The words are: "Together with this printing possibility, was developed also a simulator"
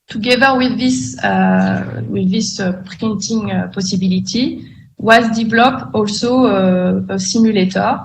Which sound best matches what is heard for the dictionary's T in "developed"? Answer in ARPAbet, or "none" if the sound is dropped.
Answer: none